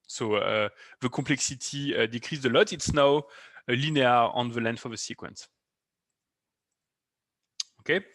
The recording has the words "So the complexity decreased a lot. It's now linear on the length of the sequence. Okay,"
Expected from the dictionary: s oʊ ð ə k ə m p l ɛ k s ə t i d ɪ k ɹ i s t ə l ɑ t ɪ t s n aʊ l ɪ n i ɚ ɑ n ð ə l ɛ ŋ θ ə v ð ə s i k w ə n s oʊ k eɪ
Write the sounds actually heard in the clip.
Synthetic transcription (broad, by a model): s oʊ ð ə k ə p l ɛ k s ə t i d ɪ k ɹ i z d ə l ɑ t ɪ t s n aʊ l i n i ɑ ɑ n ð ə l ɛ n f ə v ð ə s i k w ə n s oʊ k eɪ